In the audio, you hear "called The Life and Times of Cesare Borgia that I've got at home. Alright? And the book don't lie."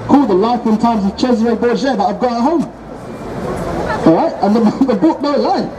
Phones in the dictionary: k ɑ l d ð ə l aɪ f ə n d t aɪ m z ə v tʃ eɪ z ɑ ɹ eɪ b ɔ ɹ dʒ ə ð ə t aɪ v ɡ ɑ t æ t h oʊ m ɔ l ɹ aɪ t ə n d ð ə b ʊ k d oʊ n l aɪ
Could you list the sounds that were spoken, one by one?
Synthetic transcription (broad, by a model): k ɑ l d ð ə l aɪ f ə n t aɪ m z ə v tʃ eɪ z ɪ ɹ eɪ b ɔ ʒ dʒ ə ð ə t aɪ v ɡ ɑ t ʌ t h oʊ m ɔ ɹ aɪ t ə n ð ð ə b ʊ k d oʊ l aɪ